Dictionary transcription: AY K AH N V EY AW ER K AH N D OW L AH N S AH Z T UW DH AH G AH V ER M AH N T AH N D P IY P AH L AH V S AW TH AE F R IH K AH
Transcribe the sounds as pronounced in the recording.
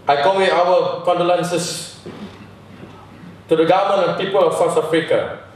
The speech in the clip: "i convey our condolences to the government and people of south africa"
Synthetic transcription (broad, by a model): AY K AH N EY AW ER K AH N D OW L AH N S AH S T UW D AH G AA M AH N AH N P IY P AH L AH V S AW T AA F R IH K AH